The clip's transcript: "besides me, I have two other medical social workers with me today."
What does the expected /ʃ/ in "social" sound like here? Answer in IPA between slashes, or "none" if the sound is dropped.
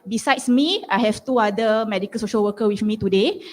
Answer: /ʃ/